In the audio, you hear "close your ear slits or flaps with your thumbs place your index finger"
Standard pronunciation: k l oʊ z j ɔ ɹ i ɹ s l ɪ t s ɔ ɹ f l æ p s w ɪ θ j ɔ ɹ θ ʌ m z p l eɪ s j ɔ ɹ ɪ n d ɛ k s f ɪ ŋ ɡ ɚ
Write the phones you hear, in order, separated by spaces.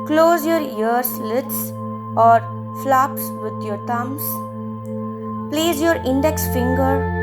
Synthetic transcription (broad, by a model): k l oʊ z j ɔ ɹ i ɹ s l ɪ t s ɔ ɹ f l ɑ p s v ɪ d j ɔ ɹ t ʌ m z p l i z j ɔ ɹ ɪ n d ɛ k s f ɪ ŋ ɡ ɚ